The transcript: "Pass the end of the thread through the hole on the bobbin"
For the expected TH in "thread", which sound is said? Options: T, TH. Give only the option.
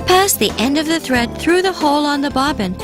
TH